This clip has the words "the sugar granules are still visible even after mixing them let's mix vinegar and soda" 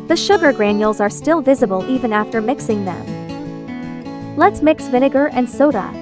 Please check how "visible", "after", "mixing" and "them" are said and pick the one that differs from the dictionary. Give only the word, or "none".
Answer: none